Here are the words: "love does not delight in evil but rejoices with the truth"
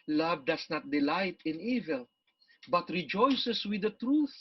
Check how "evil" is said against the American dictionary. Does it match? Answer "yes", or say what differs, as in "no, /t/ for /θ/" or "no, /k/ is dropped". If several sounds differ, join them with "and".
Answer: yes